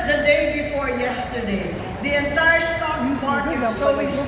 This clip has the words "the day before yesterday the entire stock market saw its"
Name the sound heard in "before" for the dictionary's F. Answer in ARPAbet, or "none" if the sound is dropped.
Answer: F